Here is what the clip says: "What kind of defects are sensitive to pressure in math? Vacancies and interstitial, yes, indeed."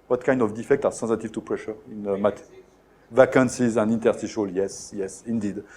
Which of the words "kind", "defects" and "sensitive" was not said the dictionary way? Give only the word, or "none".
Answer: defects